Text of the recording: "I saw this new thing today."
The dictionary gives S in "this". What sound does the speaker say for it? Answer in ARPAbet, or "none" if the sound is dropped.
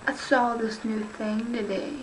S